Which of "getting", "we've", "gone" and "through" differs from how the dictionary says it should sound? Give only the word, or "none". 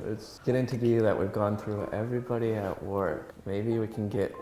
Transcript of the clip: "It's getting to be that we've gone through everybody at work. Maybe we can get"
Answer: none